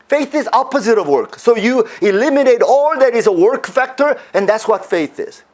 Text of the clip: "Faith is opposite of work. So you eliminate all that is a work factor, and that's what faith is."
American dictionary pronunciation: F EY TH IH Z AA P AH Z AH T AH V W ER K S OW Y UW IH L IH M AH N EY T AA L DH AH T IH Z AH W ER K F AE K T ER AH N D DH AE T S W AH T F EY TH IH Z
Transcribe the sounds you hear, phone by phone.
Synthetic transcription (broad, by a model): F EY TH IH Z AA P AH Z AH T AH V W ER K S OW Y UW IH L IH M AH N EY T AA L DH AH T IH Z AH W ER K F AE K T ER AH N DH AE T S W AH T F EY TH IH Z